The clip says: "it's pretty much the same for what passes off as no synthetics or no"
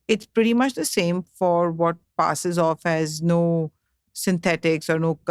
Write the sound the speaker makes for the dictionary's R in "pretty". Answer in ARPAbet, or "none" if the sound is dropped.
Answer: R